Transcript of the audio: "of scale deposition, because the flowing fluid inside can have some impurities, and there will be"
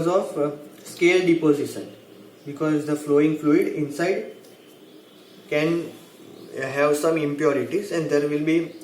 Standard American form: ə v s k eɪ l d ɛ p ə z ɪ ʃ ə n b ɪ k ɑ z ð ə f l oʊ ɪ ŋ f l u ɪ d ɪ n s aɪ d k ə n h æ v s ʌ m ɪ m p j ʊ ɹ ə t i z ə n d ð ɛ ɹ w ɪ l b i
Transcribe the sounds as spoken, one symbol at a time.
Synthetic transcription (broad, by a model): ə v s k eɪ l d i p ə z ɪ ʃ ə n b ɪ k ɑ z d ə f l oʊ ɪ ŋ f l u ɪ d ɪ n s aɪ d k ə n h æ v s ʌ m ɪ m p j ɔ ɹ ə t i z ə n d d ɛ ɹ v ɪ l b i